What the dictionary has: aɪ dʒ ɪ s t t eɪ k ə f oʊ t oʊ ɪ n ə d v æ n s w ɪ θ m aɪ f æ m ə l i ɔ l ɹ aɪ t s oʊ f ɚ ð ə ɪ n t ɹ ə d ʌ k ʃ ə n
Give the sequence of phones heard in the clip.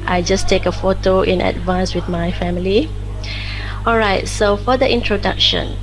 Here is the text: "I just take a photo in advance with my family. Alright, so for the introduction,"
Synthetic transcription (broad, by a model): aɪ dʒ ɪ s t t eɪ k ə f oʊ t oʊ ɪ n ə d v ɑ n s w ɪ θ m aɪ f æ m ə l i ɔ l ɹ aɪ t s oʊ f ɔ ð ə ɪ n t ɹ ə d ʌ k ʃ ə n